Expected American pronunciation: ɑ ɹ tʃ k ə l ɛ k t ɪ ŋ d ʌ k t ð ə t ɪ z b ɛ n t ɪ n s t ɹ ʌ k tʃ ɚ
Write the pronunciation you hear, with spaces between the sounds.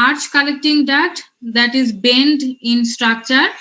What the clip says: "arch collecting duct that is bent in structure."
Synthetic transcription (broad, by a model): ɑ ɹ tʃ k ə l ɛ k t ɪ ŋ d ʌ t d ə t ɪ z b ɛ n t ɪ n s t ɹ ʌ k tʃ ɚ